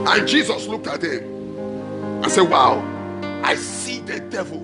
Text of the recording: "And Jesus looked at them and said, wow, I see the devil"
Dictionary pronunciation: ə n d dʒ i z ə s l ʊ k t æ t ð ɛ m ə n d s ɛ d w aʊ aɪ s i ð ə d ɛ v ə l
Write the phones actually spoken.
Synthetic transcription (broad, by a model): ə n dʒ i z ə s l ʊ k t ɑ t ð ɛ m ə n s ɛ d w aʊ aɪ s i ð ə d ɛ v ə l